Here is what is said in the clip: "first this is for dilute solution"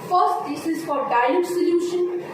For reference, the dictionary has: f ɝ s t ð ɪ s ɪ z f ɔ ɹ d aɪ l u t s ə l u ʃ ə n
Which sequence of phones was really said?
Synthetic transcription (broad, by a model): f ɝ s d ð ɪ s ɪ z f ɔ ɹ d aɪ u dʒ s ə l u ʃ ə n